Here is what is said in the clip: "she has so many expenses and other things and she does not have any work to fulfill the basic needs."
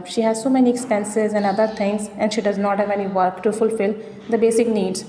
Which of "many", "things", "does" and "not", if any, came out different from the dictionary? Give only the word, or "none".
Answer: things